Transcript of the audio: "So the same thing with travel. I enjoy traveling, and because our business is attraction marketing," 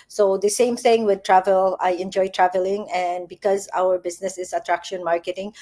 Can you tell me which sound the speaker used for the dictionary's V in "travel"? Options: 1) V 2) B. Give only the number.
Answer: 1